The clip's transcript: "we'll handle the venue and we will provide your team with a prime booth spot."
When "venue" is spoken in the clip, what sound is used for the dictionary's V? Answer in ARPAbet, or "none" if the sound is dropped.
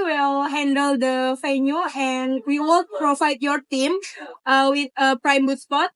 F